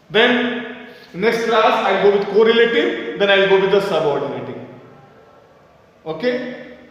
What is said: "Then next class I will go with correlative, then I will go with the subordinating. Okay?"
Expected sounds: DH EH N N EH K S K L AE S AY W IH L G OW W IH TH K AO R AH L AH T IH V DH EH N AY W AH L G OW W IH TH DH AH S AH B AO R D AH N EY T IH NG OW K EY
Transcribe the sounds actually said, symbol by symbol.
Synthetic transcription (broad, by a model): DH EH N N EH K S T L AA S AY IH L G OW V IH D K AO R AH L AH T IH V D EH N AY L G OW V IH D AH S AH B AO R D AH N EY T IH NG OW K EY